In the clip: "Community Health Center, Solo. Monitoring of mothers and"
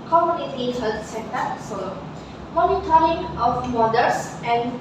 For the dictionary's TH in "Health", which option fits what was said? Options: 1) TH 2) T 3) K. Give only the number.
2